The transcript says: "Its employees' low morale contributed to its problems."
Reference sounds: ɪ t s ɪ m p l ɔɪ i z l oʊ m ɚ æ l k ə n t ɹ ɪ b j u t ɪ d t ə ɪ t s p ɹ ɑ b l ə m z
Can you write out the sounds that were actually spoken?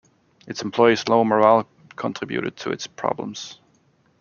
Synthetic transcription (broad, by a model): ɪ t s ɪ m p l ɔɪ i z l oʊ m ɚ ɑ l k ə n t ɹ ɪ b j u t ɪ d t ə ɪ t s p ɹ ɑ b l ə m z